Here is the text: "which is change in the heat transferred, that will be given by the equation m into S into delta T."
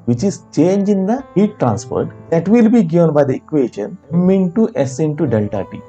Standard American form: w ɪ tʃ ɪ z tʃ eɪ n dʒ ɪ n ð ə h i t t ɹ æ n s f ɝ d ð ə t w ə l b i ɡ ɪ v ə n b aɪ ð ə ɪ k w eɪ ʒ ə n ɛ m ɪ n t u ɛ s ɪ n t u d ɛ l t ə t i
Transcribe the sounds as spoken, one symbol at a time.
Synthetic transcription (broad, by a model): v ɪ tʃ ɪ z tʃ eɪ n dʒ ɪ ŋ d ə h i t t ɹ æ n s p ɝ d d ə t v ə l b i ɡ ɪ v ə n b aɪ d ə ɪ k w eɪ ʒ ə n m m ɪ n t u ɛ s ɪ n t u d ɛ l t ə t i